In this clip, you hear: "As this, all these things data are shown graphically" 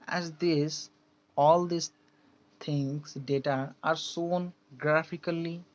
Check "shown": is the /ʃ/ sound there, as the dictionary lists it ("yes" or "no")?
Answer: no